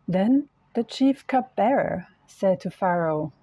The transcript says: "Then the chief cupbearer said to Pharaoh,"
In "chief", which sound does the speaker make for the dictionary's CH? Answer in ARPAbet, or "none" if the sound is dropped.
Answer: CH